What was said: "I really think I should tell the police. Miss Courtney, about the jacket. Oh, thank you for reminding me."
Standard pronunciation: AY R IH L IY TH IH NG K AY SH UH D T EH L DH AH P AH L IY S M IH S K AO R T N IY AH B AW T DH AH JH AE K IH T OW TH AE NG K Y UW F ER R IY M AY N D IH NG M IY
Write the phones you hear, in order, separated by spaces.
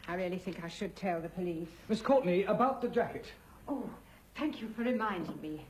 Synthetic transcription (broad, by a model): AY R IH L IY TH IH NG K AY SH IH D T EH L DH AH P AH L IY S M IH S K AO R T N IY AH B AW T DH AH JH AE K IH T OW TH AE NG K Y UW F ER R IY M AY N D IH NG M IY